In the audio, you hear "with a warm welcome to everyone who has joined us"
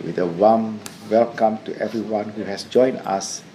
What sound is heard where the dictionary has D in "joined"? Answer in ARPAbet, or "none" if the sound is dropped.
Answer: none